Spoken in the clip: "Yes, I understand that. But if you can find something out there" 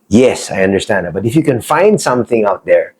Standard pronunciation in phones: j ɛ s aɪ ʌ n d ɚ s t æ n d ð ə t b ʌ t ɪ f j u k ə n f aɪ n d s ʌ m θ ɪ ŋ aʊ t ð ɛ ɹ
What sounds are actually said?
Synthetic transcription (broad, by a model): j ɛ s aɪ ʌ n d ɚ s t æ n d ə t b ʌ t ɪ f j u k ə n f aɪ n d s ʌ m θ ɪ ŋ aʊ t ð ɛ ɹ